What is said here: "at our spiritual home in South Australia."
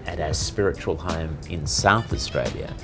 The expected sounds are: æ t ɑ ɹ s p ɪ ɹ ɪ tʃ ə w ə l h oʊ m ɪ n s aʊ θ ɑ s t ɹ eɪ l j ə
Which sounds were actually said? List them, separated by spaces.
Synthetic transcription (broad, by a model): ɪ t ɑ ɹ s p ɪ ɹ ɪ tʃ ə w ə l h oʊ m ɪ n s aʊ θ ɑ s t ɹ eɪ l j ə